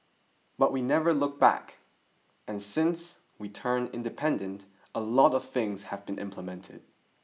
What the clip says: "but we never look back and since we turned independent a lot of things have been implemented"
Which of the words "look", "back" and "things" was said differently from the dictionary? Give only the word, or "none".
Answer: none